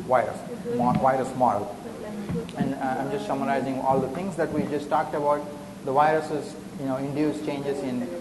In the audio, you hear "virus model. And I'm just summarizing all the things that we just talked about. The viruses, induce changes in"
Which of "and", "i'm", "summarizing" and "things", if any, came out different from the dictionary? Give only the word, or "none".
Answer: things